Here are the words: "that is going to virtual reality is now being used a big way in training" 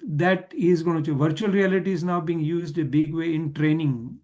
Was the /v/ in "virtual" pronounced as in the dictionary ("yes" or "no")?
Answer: yes